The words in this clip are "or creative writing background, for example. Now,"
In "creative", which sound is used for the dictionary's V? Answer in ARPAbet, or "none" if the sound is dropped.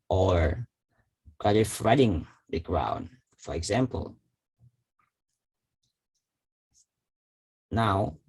F